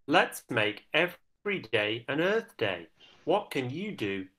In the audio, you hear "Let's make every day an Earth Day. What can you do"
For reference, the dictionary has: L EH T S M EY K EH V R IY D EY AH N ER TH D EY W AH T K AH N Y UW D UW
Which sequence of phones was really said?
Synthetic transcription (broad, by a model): L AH T S M EY K EH V R IY D EY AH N ER TH D EY W AH T K AH N Y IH D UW